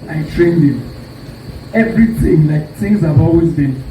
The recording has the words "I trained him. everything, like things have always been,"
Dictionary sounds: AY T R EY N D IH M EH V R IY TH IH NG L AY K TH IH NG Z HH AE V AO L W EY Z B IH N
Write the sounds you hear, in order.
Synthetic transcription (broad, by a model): AY T R EY N D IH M EH V R IY TH IH NG L AY K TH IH NG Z HH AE V AO L W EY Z B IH N